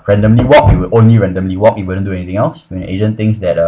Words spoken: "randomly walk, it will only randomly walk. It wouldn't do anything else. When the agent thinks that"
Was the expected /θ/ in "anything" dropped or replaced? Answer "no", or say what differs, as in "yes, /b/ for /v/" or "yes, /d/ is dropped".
yes, /t/ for /θ/